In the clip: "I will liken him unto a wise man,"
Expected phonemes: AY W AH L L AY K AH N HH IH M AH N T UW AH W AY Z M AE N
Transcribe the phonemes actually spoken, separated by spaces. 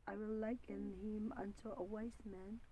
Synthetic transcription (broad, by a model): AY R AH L L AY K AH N HH IH M AH N T UW AH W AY S M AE N